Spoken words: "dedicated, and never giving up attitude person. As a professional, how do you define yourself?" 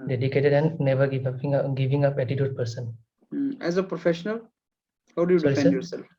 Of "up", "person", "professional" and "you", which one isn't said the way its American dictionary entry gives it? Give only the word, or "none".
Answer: none